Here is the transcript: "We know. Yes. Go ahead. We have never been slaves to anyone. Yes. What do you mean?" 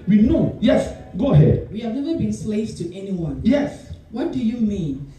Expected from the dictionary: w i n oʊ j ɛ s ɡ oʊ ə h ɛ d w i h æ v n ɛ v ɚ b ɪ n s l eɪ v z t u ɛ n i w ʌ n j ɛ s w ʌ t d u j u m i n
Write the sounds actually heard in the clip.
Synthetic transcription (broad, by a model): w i n oʊ j ɛ s ɡ oʊ ə h ɛ d w i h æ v n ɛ v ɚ b ɪ n s l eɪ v t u ɛ n i w ʌ n j ɛ s w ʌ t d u j u m i n